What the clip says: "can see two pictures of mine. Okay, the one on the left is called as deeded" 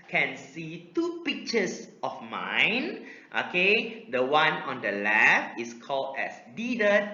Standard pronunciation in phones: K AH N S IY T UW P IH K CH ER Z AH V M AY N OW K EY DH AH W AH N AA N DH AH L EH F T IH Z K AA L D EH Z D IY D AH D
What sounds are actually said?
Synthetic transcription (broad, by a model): K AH N S IY T UW P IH K CH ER S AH F M AY N OW K EY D AH W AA N AA N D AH L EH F IH S K AA L D EH S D IY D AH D